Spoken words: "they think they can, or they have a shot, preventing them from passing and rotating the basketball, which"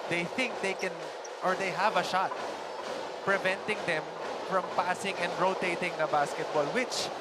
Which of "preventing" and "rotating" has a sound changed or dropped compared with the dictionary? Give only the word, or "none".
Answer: none